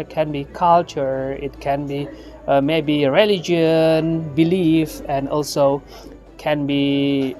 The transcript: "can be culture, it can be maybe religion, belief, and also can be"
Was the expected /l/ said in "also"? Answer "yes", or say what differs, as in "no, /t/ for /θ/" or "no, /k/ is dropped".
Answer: yes